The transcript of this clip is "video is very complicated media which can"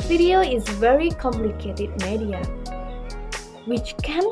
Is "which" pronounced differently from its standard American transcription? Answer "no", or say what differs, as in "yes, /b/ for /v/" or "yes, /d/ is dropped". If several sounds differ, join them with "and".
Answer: no